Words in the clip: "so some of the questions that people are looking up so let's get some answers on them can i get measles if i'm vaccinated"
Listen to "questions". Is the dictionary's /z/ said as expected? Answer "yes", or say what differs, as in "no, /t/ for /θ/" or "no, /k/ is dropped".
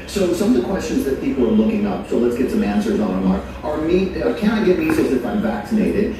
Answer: yes